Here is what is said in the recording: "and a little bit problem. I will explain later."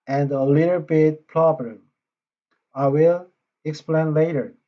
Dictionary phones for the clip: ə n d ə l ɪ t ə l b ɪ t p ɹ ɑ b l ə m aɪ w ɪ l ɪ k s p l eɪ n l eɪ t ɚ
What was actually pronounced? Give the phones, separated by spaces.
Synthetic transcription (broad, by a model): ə n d ə l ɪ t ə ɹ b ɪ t p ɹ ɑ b ə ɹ aɪ w ɪ l ɪ k s p l eɪ n l eɪ t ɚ